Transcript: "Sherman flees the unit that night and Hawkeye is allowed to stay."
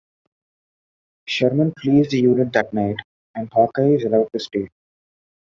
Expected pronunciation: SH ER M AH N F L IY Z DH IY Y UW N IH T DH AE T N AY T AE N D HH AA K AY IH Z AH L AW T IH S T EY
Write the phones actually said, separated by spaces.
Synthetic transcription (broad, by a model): SH ER M AH N P L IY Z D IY Y UW N IH T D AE T N AY T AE N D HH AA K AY IH Z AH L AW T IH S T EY